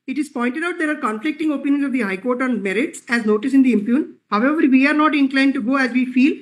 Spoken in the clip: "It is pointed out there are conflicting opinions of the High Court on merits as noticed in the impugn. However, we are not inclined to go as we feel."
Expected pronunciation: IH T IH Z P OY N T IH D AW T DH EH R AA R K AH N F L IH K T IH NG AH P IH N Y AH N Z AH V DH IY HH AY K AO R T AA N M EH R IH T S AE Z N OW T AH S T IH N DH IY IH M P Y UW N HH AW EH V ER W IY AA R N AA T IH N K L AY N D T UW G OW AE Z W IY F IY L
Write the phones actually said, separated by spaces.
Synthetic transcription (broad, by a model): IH T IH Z P OY N T IH D AW T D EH R AA R K AH N F L IH K T IH NG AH P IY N Y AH N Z AH V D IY HH AY K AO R T AA N M EH R IH T S AE Z N OW T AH S IH N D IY IH M P Y UW N HH AW EH V ER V IY AA R N AA T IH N K L AY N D T UW G OW AE Z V IY F IY L